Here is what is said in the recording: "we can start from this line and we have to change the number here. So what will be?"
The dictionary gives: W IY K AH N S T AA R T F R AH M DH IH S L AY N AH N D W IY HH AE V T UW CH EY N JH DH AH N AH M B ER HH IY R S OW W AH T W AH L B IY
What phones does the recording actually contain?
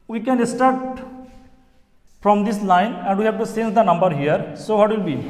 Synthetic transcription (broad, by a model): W IY K AH N S T AA R T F R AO M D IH S L AY N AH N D W IY HH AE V T UW S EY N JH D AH N AH M B ER HH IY R S OW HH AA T W AH L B IY